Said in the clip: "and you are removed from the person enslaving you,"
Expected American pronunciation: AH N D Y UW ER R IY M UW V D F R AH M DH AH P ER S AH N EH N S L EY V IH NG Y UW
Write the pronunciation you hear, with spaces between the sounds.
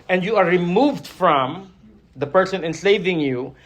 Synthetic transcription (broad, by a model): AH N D Y UW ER R IY M UW V D F R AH M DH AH P ER S AH N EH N S EY V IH NG Y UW